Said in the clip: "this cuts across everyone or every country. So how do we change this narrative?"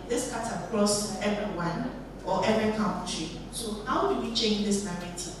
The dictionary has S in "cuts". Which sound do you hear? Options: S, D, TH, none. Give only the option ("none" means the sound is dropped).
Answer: none